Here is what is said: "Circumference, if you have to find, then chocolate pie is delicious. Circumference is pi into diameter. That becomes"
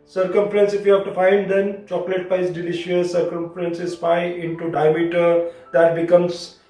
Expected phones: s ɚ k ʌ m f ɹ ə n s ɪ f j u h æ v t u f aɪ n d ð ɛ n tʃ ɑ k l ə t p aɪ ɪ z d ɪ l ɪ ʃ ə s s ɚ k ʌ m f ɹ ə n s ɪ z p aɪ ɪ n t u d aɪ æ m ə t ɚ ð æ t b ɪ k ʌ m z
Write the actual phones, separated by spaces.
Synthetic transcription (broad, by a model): s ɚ k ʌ m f ɹ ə n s ɪ f j u h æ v t u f aɪ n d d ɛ n tʃ ɑ k l ə t b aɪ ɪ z d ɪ l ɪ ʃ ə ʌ s ɚ k ʌ m f ɹ ə n s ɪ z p aɪ ɪ n t u d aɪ m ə t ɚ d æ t b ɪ k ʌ m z